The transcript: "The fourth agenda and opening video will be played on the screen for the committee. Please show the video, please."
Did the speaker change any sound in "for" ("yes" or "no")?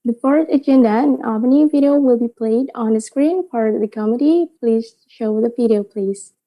yes